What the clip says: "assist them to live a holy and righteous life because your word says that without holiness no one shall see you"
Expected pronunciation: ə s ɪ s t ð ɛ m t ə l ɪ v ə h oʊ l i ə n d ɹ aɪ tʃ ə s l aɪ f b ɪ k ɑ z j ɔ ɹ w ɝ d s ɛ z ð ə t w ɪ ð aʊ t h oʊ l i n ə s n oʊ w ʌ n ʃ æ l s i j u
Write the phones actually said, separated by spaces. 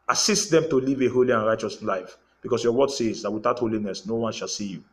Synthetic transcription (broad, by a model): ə s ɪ s t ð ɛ m t ə l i v ə h oʊ l i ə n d ɹ aɪ tʃ ə s l aɪ f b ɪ k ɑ s j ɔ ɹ w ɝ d s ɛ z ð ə t w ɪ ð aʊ t h oʊ l i n ə s n oʊ w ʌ n ʃ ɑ l s i j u